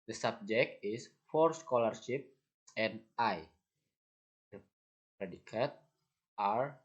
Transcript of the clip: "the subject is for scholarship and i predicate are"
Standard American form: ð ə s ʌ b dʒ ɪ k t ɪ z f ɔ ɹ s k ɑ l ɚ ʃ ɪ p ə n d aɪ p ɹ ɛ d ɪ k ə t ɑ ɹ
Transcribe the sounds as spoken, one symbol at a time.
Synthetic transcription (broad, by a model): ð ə s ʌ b dʒ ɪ k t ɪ s f ɔ ɹ s k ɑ l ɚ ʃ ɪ p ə n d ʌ p ɹ ɛ d ɪ k ə t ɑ ɹ